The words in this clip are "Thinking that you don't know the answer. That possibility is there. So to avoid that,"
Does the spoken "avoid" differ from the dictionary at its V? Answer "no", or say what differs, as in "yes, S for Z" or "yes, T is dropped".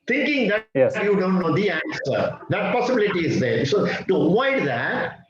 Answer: yes, V is dropped